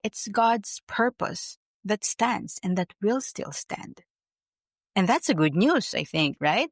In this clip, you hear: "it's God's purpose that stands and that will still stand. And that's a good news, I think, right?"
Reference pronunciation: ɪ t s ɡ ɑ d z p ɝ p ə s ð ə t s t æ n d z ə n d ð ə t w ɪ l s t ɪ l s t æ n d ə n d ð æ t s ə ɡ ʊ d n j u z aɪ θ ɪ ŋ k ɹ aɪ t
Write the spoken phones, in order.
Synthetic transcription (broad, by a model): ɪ t s ɡ ɑ d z p ɝ p ə s ð ə t s t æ n d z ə n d ð ə t w ɪ l s t ɪ l s t æ n d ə n ð æ t s ə ɡ ʊ d n j u z aɪ θ ɪ ŋ k ɹ aɪ t